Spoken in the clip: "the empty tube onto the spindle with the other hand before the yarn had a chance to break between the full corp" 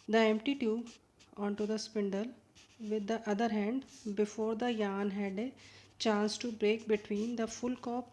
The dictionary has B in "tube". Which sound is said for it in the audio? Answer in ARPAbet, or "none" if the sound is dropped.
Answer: none